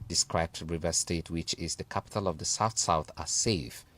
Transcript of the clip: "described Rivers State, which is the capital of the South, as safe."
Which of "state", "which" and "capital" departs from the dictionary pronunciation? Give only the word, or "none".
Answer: none